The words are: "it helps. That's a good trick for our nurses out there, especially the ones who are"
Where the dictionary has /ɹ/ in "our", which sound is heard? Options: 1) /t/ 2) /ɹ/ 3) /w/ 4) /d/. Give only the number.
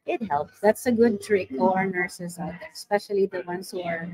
2